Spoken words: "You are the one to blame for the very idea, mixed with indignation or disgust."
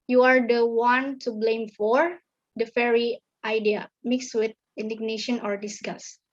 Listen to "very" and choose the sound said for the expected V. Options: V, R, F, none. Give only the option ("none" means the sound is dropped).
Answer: F